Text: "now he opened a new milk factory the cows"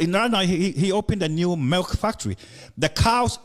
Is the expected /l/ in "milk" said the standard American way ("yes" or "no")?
yes